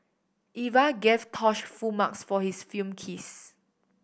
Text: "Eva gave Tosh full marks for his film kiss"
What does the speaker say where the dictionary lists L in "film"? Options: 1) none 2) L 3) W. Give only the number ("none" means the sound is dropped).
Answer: 1